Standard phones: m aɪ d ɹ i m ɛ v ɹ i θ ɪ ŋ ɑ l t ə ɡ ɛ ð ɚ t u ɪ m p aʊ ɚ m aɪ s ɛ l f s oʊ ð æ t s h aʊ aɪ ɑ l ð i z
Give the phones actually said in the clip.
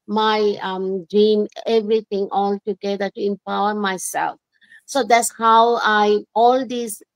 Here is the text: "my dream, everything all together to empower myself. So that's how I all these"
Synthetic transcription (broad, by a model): m aɪ d ɹ i m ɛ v ɹ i t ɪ ŋ ɑ l t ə ɡ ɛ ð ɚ t u ɪ m p aʊ ɚ m aɪ s ɛ l f s oʊ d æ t s h aʊ aɪ ɑ l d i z